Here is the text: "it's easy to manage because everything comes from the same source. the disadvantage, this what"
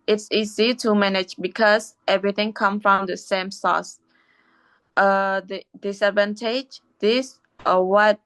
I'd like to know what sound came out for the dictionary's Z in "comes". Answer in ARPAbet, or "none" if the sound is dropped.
none